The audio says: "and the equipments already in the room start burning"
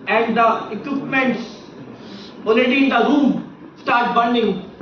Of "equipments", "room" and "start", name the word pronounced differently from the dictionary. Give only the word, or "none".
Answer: none